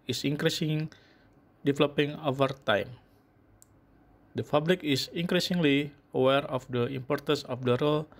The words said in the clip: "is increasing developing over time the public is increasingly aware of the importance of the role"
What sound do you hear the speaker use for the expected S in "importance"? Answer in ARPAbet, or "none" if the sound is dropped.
S